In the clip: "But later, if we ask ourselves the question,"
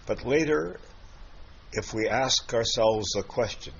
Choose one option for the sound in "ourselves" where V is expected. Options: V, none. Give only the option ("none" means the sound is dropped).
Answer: V